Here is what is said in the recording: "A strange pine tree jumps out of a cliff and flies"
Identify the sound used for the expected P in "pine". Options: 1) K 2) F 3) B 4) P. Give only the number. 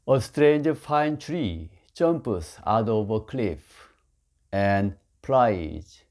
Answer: 2